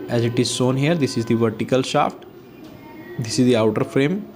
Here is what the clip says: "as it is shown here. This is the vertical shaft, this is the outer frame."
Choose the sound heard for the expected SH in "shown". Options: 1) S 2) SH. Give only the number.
1